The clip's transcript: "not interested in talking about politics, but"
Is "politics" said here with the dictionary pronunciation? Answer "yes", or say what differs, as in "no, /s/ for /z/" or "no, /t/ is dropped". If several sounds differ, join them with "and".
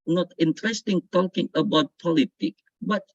no, /s/ is dropped